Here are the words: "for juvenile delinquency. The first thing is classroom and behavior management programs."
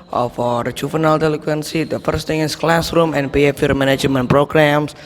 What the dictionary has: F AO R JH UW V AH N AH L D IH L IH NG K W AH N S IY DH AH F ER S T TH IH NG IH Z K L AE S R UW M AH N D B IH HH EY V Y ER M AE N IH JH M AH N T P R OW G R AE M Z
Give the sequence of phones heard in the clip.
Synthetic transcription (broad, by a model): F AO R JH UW F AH N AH L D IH L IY K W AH N S IY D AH F ER S T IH NG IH S K L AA S R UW M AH N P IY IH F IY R M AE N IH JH M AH N P R OW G R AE M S